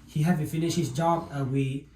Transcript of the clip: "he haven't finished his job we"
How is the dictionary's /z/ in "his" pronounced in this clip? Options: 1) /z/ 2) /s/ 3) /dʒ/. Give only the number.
2